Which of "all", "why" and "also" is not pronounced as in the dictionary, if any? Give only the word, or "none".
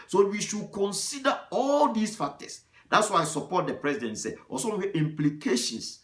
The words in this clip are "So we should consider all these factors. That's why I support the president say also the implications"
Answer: also